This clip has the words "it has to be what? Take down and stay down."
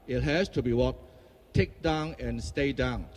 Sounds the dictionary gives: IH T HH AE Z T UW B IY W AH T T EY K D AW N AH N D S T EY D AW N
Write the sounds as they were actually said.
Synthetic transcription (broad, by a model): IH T HH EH S T UW B IY W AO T T EY K D AW N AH N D S T EY D AW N